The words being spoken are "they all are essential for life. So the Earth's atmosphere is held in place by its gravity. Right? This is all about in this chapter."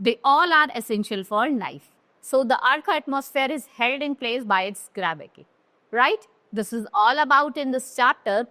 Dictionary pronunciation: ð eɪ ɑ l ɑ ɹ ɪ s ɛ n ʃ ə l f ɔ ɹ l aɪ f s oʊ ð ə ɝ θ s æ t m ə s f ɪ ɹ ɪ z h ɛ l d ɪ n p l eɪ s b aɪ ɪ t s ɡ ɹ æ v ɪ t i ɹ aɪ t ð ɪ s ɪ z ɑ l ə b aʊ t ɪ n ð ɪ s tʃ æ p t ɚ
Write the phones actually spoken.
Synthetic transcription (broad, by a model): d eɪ ɑ l ɑ ɹ ɪ s ɛ n ʃ ə l f ɔ ɹ n aɪ f s oʊ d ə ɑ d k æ t m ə s f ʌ ɹ ɪ z h ɛ l d ɪ n p l eɪ s b aɪ ɪ t s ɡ ɹ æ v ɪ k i ɹ aɪ t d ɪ s ɪ z ɑ l ə b aʊ t ɪ n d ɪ s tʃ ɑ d t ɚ